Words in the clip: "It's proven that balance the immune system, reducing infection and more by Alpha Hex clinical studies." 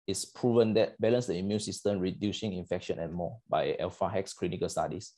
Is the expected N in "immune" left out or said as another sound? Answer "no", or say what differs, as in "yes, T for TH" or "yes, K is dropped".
no